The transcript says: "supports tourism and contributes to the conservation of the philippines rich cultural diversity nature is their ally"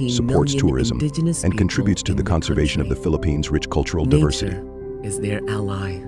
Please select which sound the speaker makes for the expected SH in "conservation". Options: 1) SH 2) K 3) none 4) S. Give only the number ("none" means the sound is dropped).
1